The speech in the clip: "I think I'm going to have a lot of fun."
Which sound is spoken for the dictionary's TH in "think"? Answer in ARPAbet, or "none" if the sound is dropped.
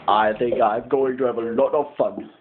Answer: TH